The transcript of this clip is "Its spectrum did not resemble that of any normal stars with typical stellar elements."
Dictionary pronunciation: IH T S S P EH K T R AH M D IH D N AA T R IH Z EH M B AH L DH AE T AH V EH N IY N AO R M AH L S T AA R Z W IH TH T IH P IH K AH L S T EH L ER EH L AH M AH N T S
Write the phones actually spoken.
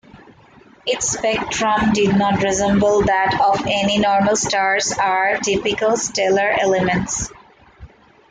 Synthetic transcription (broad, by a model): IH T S S P EH K T R AH M D IH D N AA T R IH Z EH M B AH L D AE T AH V EH N IY N AO R M AH L S T AA R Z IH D T IH P IH K AH L S T EH L ER EH L AH M AH N T S